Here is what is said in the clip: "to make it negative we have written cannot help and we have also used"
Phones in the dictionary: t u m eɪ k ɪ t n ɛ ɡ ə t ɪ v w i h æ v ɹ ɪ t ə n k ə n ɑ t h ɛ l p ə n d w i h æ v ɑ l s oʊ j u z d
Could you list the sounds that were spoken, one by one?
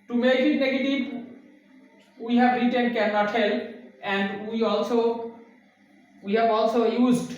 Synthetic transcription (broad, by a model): t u m eɪ k ɪ t n ɛ ɡ ə t ɪ v w i h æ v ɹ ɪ t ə n k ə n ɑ t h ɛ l ə n d w i h æ v ɑ l s oʊ j u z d